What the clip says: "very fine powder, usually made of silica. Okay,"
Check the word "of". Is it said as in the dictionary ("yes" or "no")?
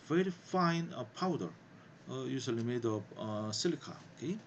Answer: no